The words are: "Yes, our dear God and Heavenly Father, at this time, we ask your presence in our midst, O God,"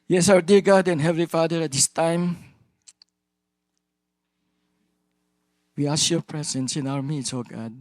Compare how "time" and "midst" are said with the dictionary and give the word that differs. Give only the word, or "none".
midst